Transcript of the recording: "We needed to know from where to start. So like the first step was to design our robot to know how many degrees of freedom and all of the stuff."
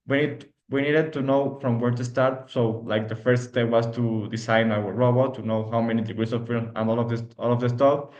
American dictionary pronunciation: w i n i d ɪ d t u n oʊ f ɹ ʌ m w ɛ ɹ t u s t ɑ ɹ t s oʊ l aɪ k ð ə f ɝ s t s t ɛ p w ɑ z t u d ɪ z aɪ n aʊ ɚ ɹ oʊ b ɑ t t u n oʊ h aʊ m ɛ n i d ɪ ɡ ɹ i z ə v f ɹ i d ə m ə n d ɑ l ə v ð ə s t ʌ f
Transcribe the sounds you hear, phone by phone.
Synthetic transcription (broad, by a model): w i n i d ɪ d t u n oʊ f ɹ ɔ m w ɛ ɹ t u s t ɑ ɹ t s oʊ l aɪ k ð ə f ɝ s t s t ɛ p w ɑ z t u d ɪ s aɪ n aʊ ɚ ɹ oʊ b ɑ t t u n oʊ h aʊ m ɛ n i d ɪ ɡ ɹ i s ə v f i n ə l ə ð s ɑ l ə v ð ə s t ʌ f